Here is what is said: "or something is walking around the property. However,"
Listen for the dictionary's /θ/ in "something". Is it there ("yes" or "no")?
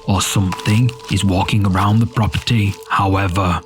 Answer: yes